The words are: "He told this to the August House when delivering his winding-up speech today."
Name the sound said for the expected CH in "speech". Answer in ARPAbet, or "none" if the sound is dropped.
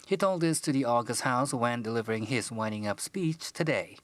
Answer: CH